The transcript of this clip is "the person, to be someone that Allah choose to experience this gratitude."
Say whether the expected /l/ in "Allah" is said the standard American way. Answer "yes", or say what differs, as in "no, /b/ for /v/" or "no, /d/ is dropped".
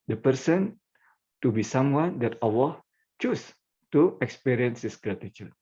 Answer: no, /w/ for /l/